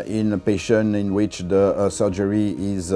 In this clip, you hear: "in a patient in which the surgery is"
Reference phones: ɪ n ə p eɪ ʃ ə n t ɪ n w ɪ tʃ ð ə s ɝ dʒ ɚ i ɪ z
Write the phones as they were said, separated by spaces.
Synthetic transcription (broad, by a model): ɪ n ə p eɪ ʃ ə n ɪ n w ɪ tʃ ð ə s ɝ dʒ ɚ i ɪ z